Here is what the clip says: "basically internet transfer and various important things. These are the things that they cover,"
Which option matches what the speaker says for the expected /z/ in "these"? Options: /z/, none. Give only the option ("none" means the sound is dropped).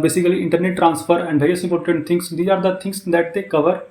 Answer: none